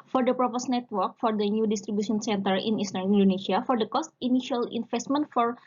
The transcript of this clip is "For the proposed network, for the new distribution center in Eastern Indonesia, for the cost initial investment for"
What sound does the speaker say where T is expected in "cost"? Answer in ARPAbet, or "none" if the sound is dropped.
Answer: T